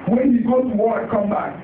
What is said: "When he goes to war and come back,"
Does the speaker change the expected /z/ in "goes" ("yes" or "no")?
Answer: yes